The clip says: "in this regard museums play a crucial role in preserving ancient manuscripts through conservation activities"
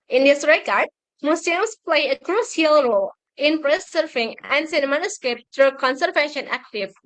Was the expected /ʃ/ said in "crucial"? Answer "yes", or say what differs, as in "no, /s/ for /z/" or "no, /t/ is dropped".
no, /s/ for /ʃ/